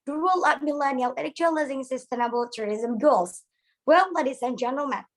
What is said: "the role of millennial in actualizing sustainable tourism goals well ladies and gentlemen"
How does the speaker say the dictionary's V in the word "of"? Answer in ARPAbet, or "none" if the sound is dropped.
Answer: P